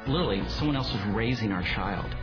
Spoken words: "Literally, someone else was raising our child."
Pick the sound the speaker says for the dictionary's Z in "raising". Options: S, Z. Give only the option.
Z